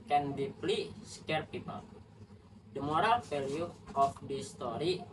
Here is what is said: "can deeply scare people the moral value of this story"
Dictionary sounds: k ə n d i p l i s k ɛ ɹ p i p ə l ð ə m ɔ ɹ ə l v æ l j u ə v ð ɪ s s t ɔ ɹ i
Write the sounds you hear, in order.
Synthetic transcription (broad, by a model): k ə n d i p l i s k ɛ ɹ p i p ə l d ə m ɔ ɹ ə l f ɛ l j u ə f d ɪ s s t ɔ ɹ i